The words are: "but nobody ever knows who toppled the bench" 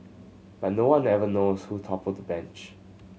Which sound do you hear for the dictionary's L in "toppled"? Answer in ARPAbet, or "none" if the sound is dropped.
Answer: none